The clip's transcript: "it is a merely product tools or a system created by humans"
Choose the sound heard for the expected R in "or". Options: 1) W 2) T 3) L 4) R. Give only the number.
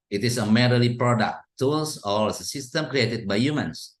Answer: 3